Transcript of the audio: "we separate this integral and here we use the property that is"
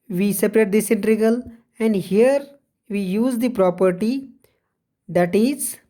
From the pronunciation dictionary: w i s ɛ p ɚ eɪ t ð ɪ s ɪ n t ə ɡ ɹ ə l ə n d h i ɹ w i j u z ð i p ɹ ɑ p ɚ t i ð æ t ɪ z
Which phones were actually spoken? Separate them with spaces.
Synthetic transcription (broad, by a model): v i s ɛ p ɚ eɪ t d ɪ s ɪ n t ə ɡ ə l ə n d h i ɹ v i j u z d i p ɹ ɑ p ɚ t i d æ t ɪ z